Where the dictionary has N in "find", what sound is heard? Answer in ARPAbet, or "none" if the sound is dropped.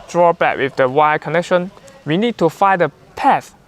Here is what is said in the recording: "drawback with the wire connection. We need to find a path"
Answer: none